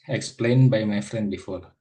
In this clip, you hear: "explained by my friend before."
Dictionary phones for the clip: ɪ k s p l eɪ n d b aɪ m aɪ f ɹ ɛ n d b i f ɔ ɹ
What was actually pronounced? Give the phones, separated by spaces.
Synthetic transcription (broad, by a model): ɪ k s p l eɪ n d b aɪ m aɪ f ɹ ɛ n d b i f ɔ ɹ